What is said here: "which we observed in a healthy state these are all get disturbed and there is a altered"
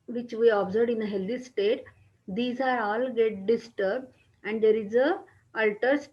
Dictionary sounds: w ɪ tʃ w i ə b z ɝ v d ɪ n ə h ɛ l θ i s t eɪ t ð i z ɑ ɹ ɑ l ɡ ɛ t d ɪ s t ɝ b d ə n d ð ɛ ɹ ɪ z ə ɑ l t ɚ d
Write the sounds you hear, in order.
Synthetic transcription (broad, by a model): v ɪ tʃ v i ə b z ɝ d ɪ n ə h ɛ l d i s t eɪ t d i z ɑ ɹ ɑ l ɡ ɛ t d ɪ s t ɝ b d ə n d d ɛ ɹ ɪ z ə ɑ l t ɚ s